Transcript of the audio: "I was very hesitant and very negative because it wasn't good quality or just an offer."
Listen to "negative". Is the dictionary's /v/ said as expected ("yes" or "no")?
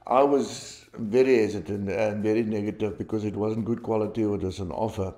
yes